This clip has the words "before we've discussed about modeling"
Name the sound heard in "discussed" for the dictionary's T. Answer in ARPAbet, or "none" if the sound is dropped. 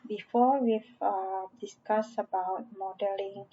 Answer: none